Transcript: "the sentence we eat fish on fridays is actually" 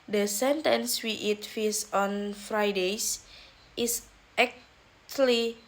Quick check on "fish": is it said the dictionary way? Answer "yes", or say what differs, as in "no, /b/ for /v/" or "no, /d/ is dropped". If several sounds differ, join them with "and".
no, /s/ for /ʃ/